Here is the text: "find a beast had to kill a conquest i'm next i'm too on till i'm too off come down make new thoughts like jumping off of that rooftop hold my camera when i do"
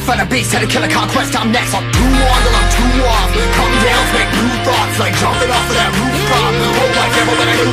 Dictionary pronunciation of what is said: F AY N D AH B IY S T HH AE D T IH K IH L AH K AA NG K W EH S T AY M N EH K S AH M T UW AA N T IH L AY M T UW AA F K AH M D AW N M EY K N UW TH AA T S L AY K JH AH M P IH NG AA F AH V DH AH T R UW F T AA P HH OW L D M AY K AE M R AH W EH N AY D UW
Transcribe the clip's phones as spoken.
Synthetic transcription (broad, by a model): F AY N AH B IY T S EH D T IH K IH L AH K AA K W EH S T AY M N EH K S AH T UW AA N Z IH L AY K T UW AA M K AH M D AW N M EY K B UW TH AA T S L AY K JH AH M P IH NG AA F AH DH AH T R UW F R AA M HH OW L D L AY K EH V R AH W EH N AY